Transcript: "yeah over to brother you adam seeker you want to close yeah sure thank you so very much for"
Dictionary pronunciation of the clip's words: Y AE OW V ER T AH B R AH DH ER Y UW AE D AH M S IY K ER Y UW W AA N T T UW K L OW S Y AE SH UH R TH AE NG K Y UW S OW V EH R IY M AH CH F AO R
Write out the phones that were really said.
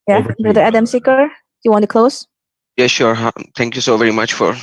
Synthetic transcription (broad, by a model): Y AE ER B R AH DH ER AE D AH M S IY K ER Y UW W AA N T T UW K L OW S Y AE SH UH R T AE NG K Y UW S OW V EH R IY M AH CH F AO R